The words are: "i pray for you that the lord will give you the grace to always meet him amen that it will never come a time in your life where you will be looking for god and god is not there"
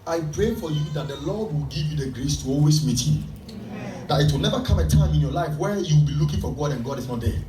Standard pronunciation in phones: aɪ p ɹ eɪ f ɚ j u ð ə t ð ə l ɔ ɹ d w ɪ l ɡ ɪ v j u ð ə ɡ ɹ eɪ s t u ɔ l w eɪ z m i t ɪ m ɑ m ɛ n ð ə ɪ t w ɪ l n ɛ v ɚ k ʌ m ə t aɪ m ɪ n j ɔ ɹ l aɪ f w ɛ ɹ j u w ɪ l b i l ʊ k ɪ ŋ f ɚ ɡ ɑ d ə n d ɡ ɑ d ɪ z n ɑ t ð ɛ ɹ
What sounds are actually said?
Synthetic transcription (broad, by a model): aɪ p ɹ eɪ f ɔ j u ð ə t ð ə l ɔ d w ɪ l ɡ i v j u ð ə ɡ ɹ eɪ s t u ɔ l w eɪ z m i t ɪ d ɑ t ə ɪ t w ɪ l n ɛ v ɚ k ʌ m ə t aɪ m ɪ n j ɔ l aɪ f w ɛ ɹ j u w ɪ l b i l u k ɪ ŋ f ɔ ɡ ɑ d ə n ɡ ɑ d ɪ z n ɑ t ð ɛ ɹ